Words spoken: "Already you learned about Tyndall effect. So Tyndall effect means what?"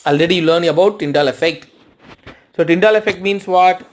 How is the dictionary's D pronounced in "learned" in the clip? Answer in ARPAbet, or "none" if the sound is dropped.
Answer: none